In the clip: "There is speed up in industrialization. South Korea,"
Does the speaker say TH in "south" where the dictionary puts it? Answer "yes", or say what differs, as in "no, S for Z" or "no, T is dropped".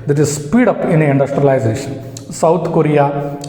no, T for TH